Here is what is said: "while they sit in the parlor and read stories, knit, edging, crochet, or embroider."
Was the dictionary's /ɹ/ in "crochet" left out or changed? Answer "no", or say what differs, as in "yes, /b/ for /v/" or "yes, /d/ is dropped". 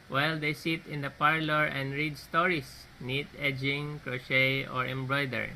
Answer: no